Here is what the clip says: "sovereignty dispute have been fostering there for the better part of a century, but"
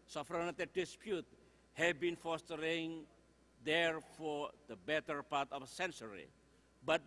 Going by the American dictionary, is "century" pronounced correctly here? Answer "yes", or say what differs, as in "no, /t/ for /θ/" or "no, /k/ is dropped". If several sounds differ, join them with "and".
no, /s/ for /tʃ/